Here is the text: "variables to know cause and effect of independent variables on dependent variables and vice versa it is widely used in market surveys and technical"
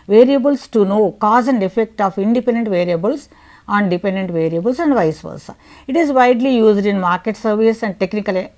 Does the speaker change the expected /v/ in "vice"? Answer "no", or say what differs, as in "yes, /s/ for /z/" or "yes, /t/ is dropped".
no